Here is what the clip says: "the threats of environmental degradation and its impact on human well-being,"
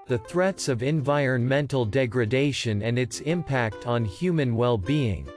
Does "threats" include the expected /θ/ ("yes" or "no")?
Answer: yes